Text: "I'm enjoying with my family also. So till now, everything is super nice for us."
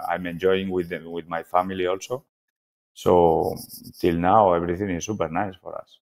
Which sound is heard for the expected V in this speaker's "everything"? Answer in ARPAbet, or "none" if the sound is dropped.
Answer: B